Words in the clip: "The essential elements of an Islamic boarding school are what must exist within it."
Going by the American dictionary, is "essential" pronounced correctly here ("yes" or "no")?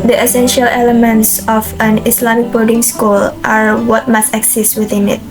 yes